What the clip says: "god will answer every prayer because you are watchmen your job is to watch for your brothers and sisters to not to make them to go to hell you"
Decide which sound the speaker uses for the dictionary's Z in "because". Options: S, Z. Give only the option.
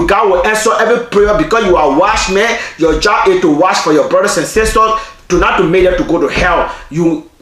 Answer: S